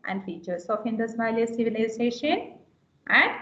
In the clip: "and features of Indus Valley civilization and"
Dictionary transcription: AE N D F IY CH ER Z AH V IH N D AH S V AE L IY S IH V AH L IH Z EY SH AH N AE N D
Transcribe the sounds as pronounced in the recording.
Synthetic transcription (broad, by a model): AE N D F IY CH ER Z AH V IH N D AH S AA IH L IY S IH V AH L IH S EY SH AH N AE N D